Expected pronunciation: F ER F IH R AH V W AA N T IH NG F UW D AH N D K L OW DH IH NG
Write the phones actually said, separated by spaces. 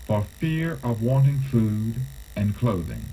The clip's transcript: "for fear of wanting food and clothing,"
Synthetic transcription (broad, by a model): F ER F IH R AH V W AA N T IH NG F UW D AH N K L OW DH IH NG